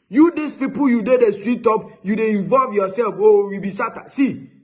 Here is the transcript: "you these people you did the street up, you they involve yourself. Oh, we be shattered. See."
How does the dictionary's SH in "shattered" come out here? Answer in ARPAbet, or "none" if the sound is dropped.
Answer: S